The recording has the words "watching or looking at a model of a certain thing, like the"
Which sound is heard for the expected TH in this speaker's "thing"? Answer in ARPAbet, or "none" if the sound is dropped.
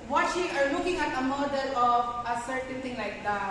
T